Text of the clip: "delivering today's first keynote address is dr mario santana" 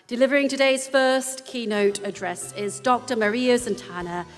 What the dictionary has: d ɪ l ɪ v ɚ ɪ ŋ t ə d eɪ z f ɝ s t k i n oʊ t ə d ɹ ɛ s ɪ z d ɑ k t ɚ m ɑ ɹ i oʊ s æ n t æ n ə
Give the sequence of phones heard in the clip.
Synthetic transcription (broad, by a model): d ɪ l ɪ v ɚ ɪ ŋ t ə d eɪ z f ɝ s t k i n oʊ t ə d ɹ ɛ s ɪ z d ɑ k t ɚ m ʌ ɹ i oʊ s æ n t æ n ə